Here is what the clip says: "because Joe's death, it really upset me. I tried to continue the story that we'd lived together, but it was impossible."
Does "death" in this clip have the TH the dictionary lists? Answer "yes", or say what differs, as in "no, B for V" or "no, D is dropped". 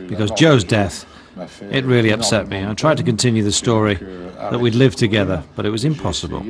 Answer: yes